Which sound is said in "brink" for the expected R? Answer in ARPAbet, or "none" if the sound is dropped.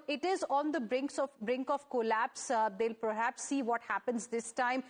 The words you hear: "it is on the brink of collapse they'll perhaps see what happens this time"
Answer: R